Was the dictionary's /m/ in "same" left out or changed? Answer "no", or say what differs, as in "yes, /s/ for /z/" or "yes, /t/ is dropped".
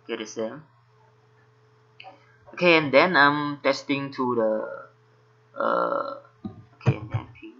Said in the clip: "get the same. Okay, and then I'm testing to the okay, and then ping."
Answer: yes, /m/ is dropped